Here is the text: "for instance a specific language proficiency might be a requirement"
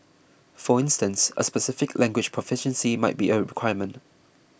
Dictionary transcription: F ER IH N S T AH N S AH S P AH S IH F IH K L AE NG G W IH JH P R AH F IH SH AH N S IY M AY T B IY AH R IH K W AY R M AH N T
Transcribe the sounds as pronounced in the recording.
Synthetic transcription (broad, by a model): F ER IH N S T AH N S AH S P AH S IH F IH K L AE NG G W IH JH P R AH F IH SH AH N S IY M AY T B IY AH R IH K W AY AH M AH N T